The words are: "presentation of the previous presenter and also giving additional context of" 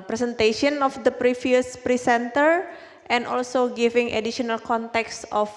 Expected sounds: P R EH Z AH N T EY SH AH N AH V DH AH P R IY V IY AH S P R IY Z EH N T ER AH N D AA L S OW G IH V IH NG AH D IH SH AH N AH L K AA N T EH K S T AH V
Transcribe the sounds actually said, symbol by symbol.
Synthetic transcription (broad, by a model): P R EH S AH N T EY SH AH N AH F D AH P R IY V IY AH S P R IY S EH N T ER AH N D AA L S OW G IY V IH NG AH D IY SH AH N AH L K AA N T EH K S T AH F